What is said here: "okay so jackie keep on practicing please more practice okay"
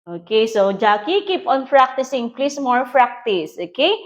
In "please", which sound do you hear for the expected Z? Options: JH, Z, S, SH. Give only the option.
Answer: S